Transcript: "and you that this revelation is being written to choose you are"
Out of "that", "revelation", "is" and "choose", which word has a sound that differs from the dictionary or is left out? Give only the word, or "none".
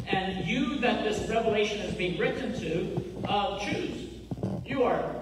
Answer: none